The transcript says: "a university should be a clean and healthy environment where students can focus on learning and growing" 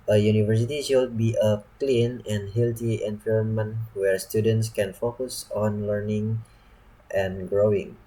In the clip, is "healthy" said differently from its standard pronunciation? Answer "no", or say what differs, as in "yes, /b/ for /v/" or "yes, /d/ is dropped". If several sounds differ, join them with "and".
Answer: yes, /t/ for /θ/